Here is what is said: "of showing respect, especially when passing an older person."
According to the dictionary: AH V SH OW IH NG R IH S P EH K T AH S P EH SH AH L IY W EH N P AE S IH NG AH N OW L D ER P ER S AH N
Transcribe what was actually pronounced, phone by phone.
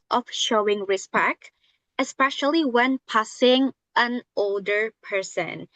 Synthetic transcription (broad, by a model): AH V SH OW IH NG R IH S P EH K T AH S P EH SH AH L IY W EH N P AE S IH NG AH N OW L D ER P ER S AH N